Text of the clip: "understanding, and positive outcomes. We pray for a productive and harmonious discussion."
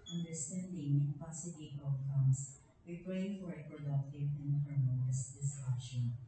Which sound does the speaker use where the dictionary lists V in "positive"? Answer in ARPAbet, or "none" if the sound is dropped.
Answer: none